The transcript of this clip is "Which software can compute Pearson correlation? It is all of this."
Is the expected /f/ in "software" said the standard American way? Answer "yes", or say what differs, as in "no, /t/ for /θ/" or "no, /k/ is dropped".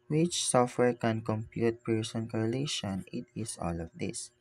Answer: yes